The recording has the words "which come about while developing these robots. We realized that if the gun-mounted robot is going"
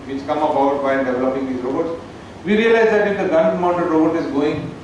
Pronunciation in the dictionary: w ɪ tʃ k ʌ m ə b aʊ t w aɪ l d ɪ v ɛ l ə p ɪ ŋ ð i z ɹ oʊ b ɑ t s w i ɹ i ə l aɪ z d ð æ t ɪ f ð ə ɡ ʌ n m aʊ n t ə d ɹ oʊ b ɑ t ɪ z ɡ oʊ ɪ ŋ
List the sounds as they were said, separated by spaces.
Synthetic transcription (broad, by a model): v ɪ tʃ k ʌ m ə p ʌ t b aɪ n d ɪ v ɛ l ə p ɪ ŋ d i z ɹ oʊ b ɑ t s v i ɹ i ə l aɪ z d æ t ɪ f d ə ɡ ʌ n m aʊ n t ə d ɹ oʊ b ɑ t ɪ z ɡ oʊ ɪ ŋ